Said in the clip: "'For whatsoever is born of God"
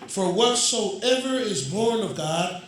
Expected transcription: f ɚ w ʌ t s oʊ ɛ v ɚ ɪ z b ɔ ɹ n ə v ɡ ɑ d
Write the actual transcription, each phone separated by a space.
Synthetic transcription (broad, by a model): f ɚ w ʌ t s oʊ ɛ v ɚ ɪ z b ɔ ɹ n ə v ɡ ɑ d